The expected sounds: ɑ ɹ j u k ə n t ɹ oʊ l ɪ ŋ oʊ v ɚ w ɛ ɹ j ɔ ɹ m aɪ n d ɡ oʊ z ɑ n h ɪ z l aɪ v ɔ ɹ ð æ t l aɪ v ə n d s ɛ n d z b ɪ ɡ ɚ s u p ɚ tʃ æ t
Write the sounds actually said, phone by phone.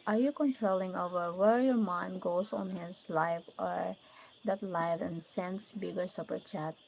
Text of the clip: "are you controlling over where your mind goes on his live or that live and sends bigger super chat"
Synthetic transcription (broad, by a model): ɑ ɹ j u k ə n t ɹ oʊ l ɪ ŋ oʊ v ɚ w ɛ ɹ j ɔ ɹ m aɪ n d ɡ oʊ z ɑ n h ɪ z l aɪ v ɔ ɹ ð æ t l aɪ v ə n s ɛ n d s b ɪ ɡ ɚ s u p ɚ tʃ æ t